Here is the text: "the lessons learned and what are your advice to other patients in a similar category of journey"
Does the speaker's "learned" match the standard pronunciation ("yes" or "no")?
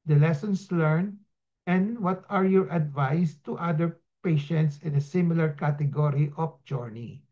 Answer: no